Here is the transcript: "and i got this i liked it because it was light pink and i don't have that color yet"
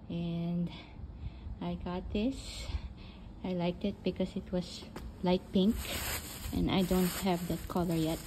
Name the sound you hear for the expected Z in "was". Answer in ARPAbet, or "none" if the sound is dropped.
S